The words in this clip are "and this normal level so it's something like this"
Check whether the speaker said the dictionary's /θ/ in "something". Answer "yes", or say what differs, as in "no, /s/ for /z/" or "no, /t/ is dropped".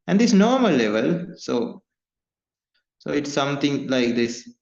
no, /t/ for /θ/